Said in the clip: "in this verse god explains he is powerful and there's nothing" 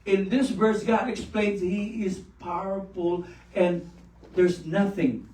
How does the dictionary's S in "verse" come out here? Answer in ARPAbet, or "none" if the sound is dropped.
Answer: S